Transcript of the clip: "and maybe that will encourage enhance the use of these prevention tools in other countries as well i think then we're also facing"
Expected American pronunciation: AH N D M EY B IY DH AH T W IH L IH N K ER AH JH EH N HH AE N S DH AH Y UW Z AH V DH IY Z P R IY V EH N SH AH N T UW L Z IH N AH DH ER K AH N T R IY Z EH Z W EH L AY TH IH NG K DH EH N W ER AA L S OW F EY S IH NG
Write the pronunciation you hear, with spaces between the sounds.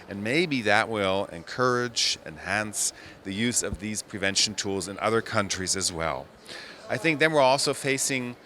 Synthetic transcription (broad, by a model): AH N M EY B IY DH AH T W IH L IH N K ER AH JH EH N HH AE N S DH AH Y UW Z AH V DH IY Z P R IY V EH N SH N T UW L Z IH N AH DH ER K AH N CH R IY Z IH Z W EH L AY TH IH NG K DH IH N W ER AA L S OW F EY S IH NG